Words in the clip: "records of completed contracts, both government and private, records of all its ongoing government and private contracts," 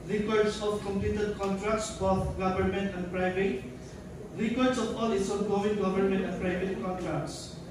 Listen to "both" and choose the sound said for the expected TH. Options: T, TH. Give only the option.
T